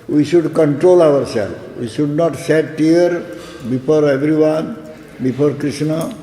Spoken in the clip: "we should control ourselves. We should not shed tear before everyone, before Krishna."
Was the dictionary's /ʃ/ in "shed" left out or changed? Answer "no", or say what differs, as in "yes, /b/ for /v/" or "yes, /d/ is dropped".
yes, /s/ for /ʃ/